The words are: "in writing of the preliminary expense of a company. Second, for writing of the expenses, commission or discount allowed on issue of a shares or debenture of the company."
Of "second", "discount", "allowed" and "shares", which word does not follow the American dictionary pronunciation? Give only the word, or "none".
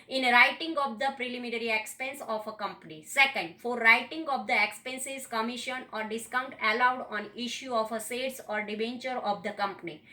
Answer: shares